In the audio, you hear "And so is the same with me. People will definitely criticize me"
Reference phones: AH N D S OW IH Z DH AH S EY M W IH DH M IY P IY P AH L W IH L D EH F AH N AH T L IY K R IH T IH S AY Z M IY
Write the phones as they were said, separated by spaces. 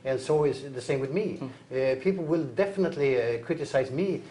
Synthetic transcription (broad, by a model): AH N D S OW IH Z DH AH S EY M W IH DH M IY P IY P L W IH L D EH F AH N AH T L IY K R IH T IH S AY Z M IY